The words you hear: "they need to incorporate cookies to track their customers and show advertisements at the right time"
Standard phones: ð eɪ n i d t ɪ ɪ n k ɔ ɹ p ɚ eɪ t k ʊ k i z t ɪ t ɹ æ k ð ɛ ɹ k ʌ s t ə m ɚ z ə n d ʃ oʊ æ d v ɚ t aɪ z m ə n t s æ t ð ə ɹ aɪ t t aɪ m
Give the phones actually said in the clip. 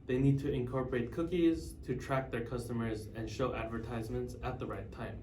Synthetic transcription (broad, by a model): ð eɪ n i d t ɪ ɪ n k ɔ ɹ p ɚ eɪ t k ʊ k i z t ɪ t ɹ æ k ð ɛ ɹ k ʌ s t ə m ɚ z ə n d ʃ oʊ æ d v ɚ t aɪ z m ə n t s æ t ð ə ɹ aɪ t t aɪ m